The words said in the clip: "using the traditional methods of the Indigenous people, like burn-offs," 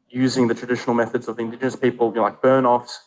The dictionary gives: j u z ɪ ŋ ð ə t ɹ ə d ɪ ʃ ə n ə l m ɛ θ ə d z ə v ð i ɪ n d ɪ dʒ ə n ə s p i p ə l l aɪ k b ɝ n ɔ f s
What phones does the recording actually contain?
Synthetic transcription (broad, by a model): j u z ɪ ŋ ð ə t ɹ ə d ɪ ʃ ə n ə l m ɛ θ ə d z ə v ð i ɪ n d ɪ dʒ ə n ə s p i p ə l l aɪ k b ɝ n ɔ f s